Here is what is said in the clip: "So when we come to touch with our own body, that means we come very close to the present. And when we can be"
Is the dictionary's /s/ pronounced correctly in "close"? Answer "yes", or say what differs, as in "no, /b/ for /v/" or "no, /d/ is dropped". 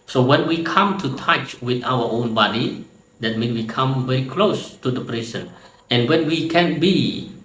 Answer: yes